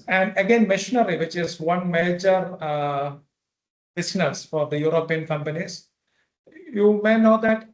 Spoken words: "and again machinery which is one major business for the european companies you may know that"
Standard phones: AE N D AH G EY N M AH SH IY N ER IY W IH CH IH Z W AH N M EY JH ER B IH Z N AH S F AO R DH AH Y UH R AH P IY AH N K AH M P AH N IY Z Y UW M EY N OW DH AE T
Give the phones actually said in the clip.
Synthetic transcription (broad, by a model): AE N D AH G EY N M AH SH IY N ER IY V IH CH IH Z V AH N M EY JH ER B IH S N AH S F AO R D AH Y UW R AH P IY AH N K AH M P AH N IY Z Y UW M EY N OW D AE T